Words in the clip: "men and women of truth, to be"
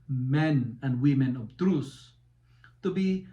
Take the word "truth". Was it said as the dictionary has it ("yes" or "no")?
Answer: no